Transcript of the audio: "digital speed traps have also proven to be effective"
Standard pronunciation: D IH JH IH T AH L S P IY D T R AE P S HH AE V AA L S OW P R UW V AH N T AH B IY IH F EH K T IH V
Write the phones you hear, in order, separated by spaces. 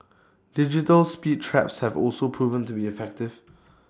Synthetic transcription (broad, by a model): D IH JH IH T AH L S P IY D T R AE P S HH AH V AA L S OW P R UW V AH N T AH B IY IH F EH K T IH V